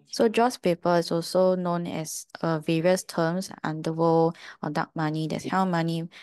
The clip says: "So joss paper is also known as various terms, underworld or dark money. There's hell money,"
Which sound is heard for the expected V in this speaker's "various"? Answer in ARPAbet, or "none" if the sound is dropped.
V